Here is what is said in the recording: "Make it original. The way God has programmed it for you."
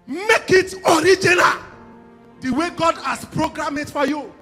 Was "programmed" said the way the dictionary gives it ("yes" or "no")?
no